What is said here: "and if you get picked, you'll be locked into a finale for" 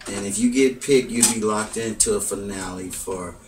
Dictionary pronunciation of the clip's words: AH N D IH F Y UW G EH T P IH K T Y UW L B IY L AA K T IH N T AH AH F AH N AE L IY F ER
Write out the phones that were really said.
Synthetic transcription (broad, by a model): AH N IH F Y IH G EH T P IH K Y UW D B IY L AA K T IH N T AH AH F AH N AE L IY F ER